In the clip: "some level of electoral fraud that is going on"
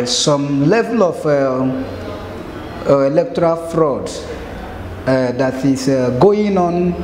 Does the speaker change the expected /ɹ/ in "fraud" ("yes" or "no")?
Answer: no